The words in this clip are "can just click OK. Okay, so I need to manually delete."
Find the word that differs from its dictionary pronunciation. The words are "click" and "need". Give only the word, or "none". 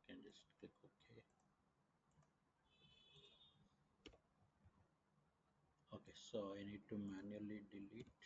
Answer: click